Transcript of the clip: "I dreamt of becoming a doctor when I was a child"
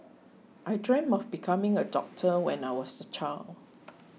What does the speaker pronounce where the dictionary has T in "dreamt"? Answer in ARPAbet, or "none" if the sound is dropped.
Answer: none